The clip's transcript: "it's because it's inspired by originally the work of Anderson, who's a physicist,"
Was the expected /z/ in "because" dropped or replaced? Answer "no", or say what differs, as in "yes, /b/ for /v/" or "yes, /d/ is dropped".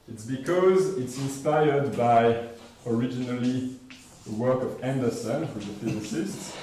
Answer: no